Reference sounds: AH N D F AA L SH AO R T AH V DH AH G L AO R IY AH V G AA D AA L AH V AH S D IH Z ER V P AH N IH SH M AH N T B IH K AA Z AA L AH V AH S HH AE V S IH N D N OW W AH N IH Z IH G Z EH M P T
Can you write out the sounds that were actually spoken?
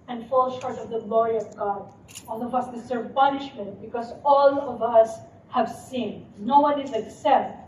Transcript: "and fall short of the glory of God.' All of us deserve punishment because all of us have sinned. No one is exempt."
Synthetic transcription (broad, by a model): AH N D F AA L SH AO R T AH V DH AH G L AO R IY AH V G AA D AA L AH V AH S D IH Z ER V P AH N IH SH M AH N T B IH K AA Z AA L AH V AH S HH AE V S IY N N OW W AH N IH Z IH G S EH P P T